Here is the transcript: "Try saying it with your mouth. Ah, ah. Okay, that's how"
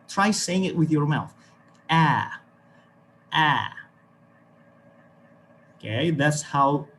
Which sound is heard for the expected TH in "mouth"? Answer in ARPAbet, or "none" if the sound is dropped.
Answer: TH